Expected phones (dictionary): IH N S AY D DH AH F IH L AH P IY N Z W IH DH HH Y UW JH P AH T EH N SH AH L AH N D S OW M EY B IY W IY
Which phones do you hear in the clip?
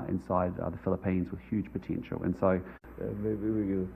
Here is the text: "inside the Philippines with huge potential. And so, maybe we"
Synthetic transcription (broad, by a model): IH N S AY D DH AH F IH L AH P IY N Z W IH DH HH Y UW JH P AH T EH N SH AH L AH N S OW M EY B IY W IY